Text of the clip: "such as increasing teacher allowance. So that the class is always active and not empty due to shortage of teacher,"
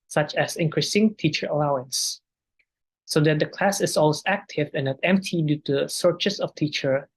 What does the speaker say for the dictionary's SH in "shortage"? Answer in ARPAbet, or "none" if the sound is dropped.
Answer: S